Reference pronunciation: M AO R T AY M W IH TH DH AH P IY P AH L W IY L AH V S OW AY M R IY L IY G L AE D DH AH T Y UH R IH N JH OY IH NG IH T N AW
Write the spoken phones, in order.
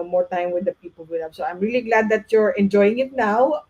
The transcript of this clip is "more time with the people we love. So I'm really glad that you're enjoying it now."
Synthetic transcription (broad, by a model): M AO R T AY M W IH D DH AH P IY P AH L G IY N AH P S OW AY M R IY L IY G L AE D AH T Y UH R IH N JH OY IH NG IH T N AW